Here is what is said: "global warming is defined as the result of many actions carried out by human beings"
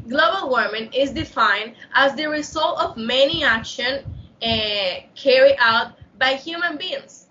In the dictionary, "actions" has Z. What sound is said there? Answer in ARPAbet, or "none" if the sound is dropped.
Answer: none